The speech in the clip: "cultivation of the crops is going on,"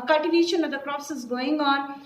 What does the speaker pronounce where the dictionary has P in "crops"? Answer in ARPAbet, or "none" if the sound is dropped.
none